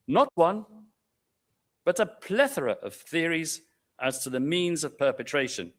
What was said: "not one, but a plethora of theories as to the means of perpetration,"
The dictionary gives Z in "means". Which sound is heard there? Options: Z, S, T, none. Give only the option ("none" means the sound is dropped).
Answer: Z